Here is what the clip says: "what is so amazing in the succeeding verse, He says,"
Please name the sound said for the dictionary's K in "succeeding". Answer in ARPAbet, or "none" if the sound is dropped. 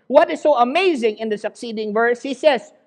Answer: K